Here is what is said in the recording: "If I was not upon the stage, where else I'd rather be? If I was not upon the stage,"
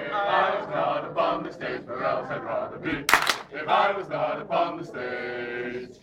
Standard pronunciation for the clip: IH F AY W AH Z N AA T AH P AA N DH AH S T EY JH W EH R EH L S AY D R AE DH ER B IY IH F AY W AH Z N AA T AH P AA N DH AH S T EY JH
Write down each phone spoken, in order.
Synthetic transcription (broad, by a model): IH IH W AH Z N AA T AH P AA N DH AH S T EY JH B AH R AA S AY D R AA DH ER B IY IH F AY W AH Z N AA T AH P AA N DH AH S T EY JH